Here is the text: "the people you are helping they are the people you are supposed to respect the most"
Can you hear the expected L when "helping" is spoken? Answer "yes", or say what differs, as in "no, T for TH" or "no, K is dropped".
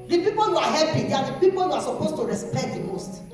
no, L is dropped